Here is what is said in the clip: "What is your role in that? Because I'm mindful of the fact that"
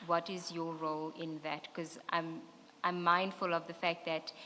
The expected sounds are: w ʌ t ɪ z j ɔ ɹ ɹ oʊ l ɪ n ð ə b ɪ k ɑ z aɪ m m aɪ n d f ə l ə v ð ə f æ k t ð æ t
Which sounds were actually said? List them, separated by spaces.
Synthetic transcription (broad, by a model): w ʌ t ɪ z j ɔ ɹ ɹ oʊ l ɪ n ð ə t k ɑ z aɪ m m aɪ n d f ə l ə v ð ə f æ k t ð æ t